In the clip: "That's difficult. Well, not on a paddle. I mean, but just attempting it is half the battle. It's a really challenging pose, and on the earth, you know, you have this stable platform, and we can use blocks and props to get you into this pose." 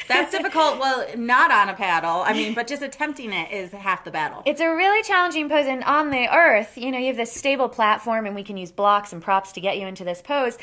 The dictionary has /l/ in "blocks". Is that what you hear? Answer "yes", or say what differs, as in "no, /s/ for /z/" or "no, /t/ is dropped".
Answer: yes